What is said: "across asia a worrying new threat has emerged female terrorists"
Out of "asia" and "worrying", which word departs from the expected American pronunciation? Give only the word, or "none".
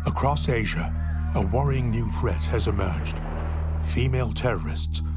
none